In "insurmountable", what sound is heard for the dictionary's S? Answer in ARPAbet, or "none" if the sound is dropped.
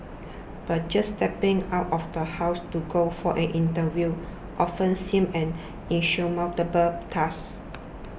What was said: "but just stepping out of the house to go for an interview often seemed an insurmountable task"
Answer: SH